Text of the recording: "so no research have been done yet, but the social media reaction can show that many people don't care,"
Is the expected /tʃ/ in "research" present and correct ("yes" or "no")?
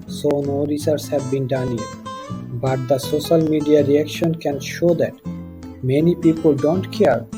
no